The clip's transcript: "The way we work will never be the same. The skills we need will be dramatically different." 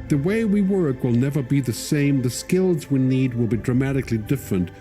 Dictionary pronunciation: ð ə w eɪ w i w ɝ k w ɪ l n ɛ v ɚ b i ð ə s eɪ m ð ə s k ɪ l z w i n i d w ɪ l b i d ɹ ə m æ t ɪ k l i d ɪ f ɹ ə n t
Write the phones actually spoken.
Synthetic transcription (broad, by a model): ð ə w eɪ w i w ɝ k w ɪ l n ɛ v ɚ b i ð ə s eɪ m ð ə s k ɪ l z w i n i d w ɪ l b i d ɹ ə m æ t ɪ k l i d ɪ f ɹ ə n t